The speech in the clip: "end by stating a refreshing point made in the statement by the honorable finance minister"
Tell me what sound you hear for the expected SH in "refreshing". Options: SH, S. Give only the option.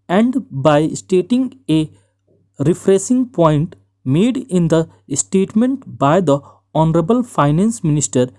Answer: S